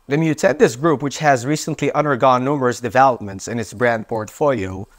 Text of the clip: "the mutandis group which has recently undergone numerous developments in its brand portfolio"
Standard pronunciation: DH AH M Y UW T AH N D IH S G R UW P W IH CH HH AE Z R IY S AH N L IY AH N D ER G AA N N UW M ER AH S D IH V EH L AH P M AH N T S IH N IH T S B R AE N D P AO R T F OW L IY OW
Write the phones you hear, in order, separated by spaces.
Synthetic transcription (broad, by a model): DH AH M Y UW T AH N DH IH S G R UW P W IH CH HH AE Z R IY S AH N L IY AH N D ER G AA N N UW M ER AH S D IH V EH L AH P M AH N T S IH N IH T S B R AE N D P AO R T F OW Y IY